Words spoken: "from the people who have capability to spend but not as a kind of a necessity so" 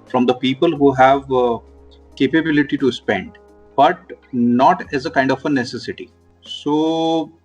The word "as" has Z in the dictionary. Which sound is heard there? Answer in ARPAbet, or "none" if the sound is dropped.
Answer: Z